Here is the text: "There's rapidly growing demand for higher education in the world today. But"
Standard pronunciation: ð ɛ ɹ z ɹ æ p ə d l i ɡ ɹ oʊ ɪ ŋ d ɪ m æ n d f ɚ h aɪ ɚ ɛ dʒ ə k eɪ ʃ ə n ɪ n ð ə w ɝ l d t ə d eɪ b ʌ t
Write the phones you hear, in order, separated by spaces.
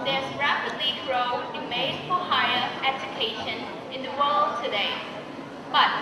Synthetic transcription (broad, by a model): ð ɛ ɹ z ɹ æ p ə d l i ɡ ɹ oʊ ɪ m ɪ ɪ d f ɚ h aɪ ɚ ɛ dʒ ə k eɪ ʃ ə n ɪ n ð ə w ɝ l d t ə d eɪ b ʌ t